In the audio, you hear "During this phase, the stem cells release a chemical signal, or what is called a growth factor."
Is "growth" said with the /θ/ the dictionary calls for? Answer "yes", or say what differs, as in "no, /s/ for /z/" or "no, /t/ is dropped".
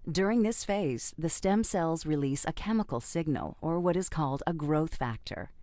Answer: yes